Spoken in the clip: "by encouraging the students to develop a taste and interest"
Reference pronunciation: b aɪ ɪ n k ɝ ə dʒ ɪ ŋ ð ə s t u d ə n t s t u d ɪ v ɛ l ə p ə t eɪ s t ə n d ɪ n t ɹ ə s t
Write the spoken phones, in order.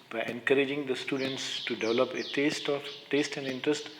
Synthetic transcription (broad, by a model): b aɪ ɪ n k ɝ ə dʒ ɪ ŋ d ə s t u d ə n t s t u d ɪ v ɛ l ə p ə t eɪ s t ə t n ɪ n t ɹ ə s t